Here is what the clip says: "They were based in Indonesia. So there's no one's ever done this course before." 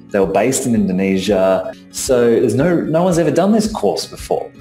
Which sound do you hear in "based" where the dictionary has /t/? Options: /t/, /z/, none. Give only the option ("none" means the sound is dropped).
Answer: /t/